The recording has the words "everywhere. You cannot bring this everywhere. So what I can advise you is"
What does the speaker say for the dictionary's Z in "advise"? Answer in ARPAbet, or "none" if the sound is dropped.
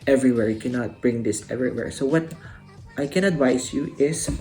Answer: S